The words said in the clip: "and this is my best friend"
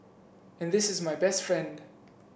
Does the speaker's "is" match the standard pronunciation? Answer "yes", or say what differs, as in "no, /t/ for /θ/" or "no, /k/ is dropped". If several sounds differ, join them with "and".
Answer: yes